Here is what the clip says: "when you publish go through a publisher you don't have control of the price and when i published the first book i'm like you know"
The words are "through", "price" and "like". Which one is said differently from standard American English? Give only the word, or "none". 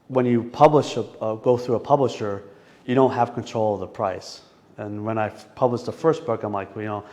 none